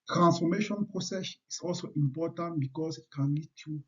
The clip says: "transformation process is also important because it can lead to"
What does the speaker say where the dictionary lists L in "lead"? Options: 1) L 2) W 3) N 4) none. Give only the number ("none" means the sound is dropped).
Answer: 3